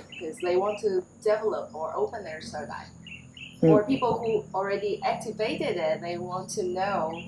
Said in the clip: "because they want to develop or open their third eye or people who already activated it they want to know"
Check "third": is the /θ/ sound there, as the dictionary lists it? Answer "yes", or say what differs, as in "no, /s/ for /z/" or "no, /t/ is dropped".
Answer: no, /s/ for /θ/